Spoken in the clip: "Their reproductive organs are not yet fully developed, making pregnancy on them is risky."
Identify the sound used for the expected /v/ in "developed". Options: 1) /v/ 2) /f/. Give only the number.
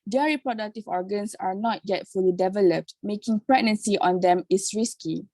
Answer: 1